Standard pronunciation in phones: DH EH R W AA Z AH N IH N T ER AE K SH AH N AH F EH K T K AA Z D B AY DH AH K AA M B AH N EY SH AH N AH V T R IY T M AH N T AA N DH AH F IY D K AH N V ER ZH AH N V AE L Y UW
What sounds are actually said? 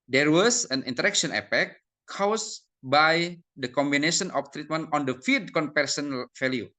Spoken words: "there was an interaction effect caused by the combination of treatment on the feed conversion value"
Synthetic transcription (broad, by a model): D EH R W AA S AH N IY N T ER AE K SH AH N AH P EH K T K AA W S B AY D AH K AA M B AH N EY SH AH N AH F T R IY T M AH N T AA N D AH F IY D K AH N P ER S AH N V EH L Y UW